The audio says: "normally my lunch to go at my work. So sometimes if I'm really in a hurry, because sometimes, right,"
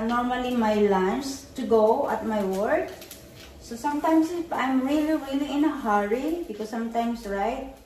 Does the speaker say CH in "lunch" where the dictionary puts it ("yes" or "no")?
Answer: no